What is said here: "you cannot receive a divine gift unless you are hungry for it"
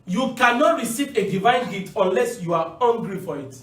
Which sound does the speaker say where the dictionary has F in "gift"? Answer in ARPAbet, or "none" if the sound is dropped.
none